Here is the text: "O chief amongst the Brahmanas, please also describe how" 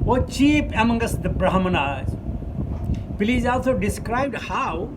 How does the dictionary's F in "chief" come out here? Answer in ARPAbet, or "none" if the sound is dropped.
P